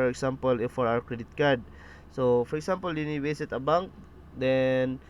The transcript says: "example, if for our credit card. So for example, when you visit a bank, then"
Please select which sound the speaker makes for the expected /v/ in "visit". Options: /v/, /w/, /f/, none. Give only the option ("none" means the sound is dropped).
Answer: /w/